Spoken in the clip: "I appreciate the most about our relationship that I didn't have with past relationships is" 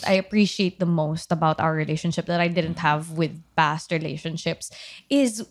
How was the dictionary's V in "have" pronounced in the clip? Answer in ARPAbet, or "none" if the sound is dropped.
V